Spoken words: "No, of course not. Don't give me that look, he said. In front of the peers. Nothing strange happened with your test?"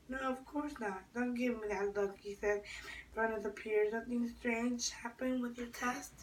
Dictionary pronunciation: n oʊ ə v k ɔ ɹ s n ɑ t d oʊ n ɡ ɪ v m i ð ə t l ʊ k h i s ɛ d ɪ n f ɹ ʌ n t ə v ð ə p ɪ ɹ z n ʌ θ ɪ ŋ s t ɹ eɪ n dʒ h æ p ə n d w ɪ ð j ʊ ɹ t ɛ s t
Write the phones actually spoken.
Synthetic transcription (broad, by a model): n oʊ ə v k ɔ ɹ s n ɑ t d oʊ n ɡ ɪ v m i ð ə t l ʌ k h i s ɛ d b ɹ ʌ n ə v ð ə p ɪ ɹ z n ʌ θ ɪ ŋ s t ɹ eɪ n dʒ h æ p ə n w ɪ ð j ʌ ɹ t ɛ s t